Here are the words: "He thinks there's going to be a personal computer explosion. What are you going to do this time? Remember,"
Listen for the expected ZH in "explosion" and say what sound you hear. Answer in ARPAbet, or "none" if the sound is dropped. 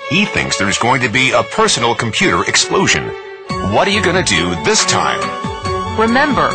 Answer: ZH